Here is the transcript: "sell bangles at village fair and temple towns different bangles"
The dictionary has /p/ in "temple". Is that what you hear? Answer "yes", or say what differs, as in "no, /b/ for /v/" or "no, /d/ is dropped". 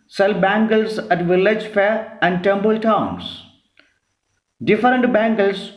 no, /b/ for /p/